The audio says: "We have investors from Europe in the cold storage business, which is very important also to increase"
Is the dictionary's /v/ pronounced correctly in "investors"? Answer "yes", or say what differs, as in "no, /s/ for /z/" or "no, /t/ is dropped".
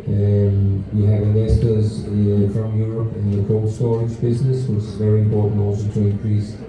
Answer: no, /v/ is dropped